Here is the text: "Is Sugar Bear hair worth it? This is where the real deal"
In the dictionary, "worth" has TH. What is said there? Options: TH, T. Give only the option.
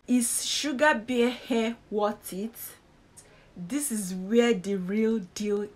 T